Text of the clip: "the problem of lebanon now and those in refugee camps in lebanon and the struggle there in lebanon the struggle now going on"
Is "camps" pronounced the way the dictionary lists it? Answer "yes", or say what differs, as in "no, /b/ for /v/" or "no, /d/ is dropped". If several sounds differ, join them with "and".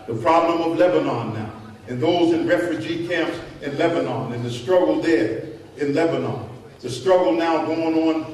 yes